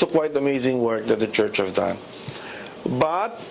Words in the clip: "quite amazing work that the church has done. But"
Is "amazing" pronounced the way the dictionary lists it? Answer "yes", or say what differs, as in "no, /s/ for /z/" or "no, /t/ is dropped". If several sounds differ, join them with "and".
yes